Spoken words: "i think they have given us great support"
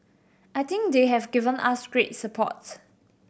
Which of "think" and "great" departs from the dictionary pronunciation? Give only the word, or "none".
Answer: think